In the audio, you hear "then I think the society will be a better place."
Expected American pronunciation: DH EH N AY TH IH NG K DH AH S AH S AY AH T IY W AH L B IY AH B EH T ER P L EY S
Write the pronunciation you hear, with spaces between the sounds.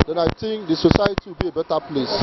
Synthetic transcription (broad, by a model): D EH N AY T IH NG K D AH S AH S AY AH T IY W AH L B IY AH B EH T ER P L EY S